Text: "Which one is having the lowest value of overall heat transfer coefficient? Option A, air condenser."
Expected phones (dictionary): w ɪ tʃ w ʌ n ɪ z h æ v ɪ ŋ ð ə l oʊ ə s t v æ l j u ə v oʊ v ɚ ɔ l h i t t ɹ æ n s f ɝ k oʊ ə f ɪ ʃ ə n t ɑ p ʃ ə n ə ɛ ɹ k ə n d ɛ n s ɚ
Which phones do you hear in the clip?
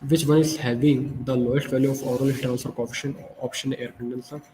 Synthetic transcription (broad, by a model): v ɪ tʃ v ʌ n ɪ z h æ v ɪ ŋ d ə l oʊ ə s t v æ l j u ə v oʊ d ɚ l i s t ɹ æ n s f ɝ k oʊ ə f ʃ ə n ɑ p ʃ ə n ə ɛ ɹ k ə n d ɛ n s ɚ